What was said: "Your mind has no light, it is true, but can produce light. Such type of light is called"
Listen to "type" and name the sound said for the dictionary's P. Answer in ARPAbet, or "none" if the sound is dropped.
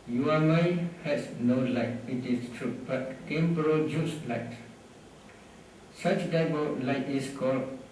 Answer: B